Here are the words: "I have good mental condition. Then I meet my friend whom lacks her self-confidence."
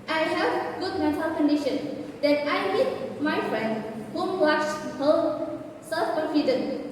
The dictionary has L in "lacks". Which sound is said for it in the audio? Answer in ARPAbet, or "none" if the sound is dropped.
W